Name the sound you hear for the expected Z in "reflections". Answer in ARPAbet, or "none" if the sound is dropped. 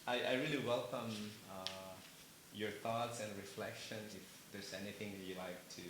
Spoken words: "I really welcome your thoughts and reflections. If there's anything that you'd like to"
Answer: none